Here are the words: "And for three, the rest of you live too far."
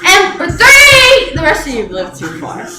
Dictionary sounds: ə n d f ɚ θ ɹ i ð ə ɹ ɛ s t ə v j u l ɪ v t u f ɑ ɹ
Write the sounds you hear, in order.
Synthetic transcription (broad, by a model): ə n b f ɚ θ i ð ə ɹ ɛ s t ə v l ɪ v t u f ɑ ɹ